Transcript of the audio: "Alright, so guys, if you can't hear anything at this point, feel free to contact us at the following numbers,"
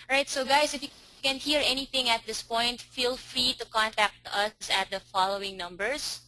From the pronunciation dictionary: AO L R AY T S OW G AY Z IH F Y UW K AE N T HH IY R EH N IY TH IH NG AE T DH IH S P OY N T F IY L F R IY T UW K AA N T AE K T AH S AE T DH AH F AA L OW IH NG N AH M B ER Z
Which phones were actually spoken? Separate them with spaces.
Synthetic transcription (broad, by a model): R AY T S OW G AY S IH F Y UW K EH N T HH IY R EH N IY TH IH NG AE T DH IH S P OY N T F IY L F R IY T UW K AA N T AE K T AH S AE T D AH F AA L OW IH NG N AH M B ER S